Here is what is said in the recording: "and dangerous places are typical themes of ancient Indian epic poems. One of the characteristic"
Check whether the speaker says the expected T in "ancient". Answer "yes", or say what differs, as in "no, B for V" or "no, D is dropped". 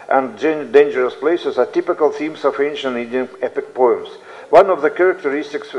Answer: no, T is dropped